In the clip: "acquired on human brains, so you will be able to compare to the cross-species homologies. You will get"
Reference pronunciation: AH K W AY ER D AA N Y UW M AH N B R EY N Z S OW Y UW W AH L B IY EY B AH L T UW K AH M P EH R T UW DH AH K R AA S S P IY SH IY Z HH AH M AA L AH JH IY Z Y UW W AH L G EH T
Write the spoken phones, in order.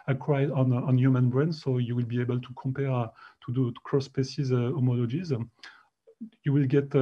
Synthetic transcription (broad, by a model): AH K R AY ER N AA N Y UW M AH N B R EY N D S OW Y UW W AH L B IY EY B AH L T UW K AH M P EH R T UW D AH K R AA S S P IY S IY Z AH M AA L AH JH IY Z Y UW W AH L G EH T